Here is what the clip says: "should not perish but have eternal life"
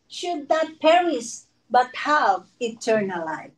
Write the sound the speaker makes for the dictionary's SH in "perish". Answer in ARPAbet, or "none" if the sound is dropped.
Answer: S